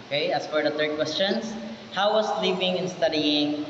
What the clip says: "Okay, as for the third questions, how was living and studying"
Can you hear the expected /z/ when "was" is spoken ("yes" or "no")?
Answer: no